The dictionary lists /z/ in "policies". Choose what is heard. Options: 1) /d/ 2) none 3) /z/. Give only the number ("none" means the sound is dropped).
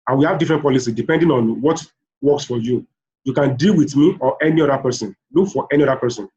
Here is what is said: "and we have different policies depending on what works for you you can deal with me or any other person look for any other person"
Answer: 2